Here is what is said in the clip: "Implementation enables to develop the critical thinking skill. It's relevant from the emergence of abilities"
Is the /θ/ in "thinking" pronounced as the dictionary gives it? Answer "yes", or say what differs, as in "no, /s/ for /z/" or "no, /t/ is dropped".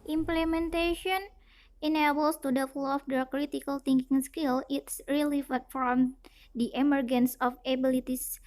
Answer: no, /t/ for /θ/